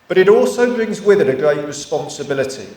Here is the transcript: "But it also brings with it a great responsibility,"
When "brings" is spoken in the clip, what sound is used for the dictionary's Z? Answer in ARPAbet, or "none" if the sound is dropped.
Z